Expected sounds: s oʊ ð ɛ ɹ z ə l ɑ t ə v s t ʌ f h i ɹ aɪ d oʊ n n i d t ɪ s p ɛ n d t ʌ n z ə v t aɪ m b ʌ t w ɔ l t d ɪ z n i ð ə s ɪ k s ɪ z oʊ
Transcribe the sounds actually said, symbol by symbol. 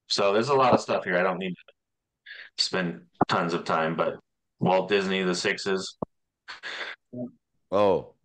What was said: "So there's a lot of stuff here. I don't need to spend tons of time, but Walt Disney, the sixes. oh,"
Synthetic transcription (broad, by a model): s oʊ ð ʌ ɹ z ə l ɑ t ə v s t ʌ f h i ɹ aɪ d oʊ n n i d t ɪ s p ɛ n t ʌ n z ə v t aɪ m b ʌ t w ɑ l d ɪ z n i ð ə s ɪ k s ɪ z oʊ